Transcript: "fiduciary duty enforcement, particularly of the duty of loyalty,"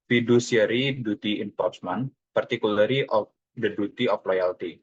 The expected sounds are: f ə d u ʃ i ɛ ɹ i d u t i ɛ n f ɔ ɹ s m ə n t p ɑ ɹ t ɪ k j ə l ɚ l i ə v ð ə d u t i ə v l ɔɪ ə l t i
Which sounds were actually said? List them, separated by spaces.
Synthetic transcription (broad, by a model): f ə d u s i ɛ ɹ i d u t i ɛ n p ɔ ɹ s m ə n p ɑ ɹ t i k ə l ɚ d i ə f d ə d u t i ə f l ɔɪ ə l t i